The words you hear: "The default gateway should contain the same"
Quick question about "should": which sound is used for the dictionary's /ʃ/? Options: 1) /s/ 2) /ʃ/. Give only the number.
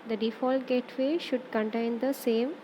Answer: 2